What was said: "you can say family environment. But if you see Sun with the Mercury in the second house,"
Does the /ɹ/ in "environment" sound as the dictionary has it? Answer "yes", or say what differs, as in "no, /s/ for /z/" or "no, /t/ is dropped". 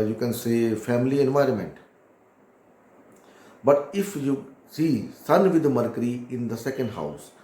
yes